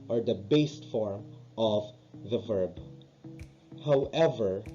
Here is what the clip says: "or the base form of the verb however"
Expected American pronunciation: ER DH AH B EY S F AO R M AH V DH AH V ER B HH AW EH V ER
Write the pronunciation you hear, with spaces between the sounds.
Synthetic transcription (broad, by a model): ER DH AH B EY S F AO R M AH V DH AH V ER B HH AW EH V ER